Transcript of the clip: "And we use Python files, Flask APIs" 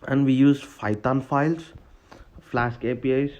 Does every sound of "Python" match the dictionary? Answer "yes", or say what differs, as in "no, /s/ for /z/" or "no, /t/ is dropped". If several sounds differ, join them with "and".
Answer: no, /f/ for /p/ and /t/ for /θ/